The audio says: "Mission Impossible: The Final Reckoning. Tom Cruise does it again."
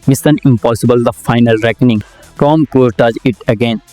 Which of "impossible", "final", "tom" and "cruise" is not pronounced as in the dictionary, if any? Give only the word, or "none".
cruise